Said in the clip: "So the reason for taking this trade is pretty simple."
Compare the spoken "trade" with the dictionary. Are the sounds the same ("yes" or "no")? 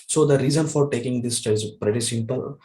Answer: no